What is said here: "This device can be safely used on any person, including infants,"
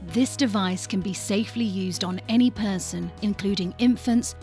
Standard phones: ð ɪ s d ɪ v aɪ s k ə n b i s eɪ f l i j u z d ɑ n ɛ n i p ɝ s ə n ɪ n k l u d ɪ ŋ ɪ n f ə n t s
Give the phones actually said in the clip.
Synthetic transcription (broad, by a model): ð ɪ s d ɪ v aɪ s k ə n b i s eɪ f l i j u z d n ɛ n i p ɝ s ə n ɪ n k l u d ɪ ŋ ɪ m f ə n t s